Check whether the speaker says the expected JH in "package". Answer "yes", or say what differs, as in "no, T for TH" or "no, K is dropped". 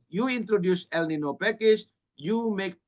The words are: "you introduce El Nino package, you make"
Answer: no, SH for JH